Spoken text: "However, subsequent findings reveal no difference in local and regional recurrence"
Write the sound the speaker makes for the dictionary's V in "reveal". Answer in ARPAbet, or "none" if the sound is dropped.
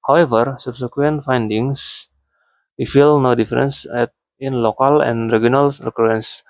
F